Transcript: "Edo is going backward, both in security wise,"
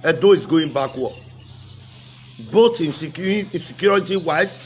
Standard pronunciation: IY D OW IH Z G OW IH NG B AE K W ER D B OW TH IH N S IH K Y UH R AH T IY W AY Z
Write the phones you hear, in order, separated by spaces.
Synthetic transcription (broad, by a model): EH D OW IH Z G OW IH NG B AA K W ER B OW T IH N S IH K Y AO R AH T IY W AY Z